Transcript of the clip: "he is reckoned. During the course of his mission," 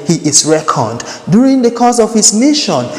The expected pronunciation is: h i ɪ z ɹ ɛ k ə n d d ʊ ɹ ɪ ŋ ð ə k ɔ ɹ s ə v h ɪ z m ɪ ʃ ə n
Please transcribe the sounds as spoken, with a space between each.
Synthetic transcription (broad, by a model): h i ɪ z ɹ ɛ k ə d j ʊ ɹ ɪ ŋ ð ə k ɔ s ə v h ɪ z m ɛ ʃ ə n